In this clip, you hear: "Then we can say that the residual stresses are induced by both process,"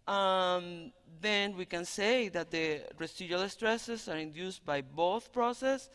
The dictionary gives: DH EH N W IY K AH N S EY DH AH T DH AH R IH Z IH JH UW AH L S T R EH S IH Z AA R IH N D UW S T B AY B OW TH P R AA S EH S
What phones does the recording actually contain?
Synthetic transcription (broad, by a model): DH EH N W IY K AH N S EY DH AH T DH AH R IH S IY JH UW L S T R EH S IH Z AA R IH N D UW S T B AY B OW TH P R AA S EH S